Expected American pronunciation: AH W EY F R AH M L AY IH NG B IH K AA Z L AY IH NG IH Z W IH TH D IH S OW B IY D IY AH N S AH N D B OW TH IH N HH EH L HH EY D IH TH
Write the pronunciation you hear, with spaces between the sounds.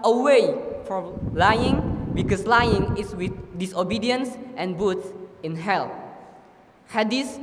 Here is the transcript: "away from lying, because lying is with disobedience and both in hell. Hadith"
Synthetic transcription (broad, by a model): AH W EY F R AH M L AY IH NG B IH K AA S L AY IH NG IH S W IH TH D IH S OW B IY D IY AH N S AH N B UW S IH N HH EH L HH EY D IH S